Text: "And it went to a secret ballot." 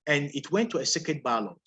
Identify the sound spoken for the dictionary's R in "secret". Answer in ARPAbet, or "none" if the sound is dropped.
none